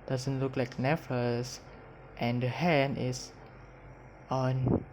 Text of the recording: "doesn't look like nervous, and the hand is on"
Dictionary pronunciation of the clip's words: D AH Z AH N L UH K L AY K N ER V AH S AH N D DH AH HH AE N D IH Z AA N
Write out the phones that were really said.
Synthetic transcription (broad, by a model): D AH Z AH N L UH K L AY K N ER F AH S AH N D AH HH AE N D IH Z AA N